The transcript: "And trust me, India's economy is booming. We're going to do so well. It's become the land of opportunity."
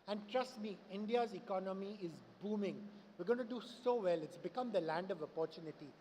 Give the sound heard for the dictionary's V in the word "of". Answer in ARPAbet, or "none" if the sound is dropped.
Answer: V